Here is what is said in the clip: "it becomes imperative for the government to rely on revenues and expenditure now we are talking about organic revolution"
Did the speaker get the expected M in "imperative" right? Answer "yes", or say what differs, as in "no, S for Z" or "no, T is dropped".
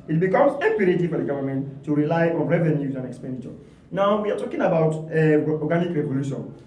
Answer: no, M is dropped